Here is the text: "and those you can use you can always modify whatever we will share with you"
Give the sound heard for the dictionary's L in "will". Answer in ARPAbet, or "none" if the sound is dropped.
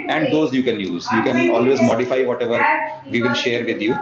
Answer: N